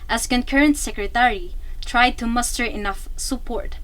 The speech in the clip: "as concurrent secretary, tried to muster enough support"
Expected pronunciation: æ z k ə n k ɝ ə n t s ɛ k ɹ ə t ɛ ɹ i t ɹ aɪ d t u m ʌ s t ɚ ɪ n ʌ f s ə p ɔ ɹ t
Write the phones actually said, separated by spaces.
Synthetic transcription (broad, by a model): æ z k ə n k ɝ ə n t s ɛ k ɹ ə t ɛ ɹ i t ɹ aɪ d t u m ʌ s t ɚ ɪ n ʌ f s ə p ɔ ɹ t